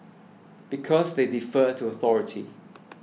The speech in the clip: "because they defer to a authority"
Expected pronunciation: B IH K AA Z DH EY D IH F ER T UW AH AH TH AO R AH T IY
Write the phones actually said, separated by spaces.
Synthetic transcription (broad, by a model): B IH K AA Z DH EY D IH F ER T UW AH AH TH AO R AH T IY